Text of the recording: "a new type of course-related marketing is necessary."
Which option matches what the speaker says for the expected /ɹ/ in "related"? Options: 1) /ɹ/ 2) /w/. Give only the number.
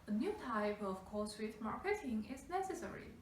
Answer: 2